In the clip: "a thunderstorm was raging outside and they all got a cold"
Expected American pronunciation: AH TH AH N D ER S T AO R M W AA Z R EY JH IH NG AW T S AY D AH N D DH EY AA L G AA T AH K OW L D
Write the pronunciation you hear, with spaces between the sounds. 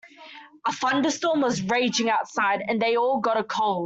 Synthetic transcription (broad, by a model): AH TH AH N D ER S T AO M W AA Z R EY JH IH NG AW T S AY D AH N DH EY AA L G AA T AH K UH L